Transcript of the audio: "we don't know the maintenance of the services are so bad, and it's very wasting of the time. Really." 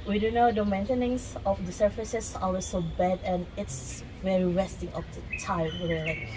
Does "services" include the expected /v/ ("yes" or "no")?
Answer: no